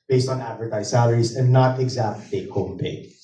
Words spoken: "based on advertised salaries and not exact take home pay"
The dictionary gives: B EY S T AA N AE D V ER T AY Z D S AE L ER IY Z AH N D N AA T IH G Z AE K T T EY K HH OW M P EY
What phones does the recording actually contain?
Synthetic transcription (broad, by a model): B EY S T N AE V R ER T AY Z S AE L ER IY Z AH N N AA T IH G Z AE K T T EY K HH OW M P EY